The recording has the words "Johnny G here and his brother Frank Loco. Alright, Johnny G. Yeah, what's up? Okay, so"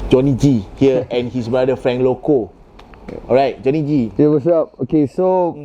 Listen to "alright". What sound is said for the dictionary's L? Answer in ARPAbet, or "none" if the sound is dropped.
none